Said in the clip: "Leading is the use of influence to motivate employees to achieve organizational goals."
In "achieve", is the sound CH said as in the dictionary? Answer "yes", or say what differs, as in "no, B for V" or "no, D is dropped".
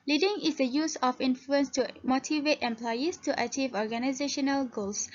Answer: yes